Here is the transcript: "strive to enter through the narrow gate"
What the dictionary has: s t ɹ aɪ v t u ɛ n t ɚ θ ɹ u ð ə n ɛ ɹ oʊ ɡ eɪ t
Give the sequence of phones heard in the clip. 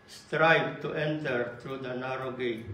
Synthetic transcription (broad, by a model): s t ɹ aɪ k t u ɛ n t ɚ t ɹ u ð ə n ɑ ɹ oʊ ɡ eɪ